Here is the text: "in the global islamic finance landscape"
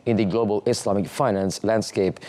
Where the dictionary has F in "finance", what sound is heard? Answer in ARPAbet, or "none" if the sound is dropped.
F